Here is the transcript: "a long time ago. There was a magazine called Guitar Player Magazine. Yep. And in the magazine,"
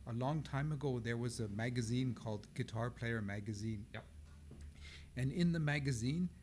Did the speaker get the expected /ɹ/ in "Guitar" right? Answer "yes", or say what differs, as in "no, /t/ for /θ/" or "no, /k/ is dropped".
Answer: yes